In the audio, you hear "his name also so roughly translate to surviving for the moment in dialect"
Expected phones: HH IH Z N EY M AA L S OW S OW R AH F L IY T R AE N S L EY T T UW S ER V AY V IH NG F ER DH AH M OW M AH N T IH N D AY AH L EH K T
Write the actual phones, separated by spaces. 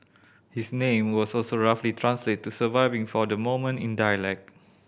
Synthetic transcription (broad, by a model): HH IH S N EY M AA S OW S OW R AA F L IY T R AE N S L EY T T UW S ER V AY V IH NG F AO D AH M OW M AH N T IH N D AY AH L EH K